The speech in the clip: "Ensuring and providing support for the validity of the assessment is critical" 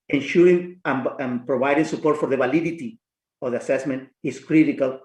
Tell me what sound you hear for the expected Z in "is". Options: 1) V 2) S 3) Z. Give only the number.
2